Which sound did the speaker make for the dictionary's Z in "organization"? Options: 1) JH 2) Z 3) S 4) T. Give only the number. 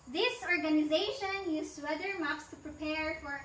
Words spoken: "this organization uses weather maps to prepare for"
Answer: 2